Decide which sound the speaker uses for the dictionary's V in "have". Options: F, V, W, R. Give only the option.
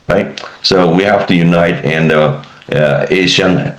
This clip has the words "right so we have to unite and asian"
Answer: F